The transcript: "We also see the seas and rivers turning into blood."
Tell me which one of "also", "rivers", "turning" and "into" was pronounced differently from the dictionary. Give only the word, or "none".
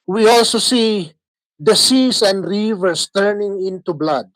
rivers